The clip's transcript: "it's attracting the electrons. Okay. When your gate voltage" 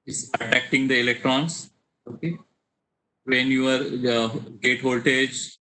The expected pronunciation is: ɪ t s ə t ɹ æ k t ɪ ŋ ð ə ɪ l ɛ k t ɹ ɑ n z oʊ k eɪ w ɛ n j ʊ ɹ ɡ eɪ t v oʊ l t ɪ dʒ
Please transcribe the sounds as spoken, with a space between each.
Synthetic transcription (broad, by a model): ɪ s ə t æ k t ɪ ŋ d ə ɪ l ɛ k t ɹ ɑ n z oʊ k eɪ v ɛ n j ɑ ɹ ɡ eɪ t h oʊ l t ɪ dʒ